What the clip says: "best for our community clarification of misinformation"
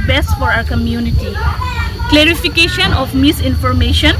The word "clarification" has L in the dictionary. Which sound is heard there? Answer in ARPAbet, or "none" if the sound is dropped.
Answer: L